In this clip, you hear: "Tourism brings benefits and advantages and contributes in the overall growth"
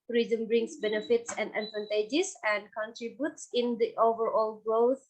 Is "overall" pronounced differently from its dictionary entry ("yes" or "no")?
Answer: no